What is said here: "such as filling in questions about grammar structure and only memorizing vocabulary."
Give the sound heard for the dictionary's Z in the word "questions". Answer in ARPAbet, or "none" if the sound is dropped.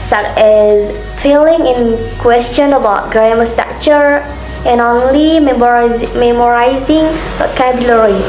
none